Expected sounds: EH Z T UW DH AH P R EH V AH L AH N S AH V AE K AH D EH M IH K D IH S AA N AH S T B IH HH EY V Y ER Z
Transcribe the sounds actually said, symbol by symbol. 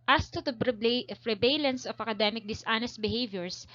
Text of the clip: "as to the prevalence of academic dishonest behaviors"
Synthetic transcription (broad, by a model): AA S T UW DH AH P R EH B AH L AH N S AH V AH K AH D EH M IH K D IH S AA N AH S T B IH HH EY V Y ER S